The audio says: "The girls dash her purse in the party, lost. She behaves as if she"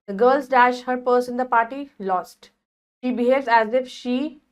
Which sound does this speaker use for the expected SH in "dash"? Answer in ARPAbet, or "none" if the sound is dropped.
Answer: SH